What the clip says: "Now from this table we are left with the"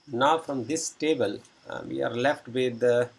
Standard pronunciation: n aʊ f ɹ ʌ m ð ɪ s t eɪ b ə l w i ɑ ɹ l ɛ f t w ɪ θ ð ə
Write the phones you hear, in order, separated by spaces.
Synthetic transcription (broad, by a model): n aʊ f ɹ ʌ m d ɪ s t eɪ b ə l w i ɑ ɹ l ɛ f t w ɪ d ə